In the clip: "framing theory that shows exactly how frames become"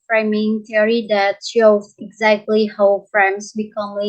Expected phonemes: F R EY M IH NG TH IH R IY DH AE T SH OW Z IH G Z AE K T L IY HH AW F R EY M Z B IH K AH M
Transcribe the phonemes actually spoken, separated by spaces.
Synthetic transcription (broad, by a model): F R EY M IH NG T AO R IY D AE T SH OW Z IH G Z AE K T L IY HH AW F R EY M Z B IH K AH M